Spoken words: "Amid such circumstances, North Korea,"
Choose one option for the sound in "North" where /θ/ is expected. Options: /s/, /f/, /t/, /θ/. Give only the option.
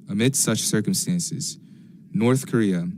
/θ/